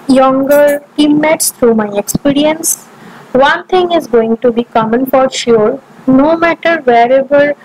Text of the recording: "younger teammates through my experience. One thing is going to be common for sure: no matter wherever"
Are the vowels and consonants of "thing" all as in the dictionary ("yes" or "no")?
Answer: no